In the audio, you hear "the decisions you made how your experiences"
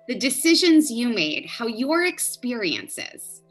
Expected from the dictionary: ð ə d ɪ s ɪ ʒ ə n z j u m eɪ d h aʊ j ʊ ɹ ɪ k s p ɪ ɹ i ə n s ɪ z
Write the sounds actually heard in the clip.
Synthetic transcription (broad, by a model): ð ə d ɪ s ɪ ʒ ə n z j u m eɪ d h aʊ j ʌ ɹ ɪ k s p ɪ ɹ i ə n s ɪ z